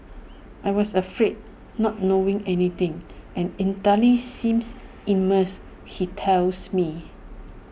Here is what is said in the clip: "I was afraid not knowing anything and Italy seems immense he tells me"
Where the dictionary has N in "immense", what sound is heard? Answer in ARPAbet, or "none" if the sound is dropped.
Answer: none